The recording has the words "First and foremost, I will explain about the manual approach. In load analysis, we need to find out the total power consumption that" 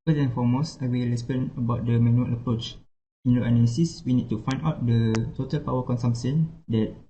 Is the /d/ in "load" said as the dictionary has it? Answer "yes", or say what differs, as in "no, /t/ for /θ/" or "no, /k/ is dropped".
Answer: no, /d/ is dropped